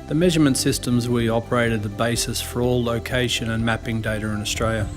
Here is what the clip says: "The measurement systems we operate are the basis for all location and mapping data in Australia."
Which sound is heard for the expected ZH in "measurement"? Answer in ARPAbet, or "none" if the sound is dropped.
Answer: ZH